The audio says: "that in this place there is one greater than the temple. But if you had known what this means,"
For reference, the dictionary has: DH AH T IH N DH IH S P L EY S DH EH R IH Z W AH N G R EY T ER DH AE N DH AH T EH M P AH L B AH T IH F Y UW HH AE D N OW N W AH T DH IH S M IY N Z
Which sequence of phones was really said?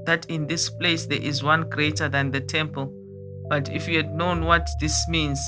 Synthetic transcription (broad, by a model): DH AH T IH N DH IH S P L EY S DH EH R IH Z W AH N G R EY T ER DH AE N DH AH T EH M P AH L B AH T IH F Y UW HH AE D N OW N W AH T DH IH S M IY N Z